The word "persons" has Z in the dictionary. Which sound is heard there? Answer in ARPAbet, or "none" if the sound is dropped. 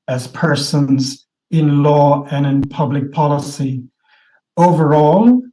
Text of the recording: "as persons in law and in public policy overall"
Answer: Z